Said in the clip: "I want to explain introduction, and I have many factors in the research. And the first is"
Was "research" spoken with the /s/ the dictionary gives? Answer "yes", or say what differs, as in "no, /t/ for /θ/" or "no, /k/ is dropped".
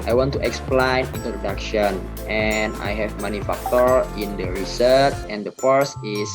yes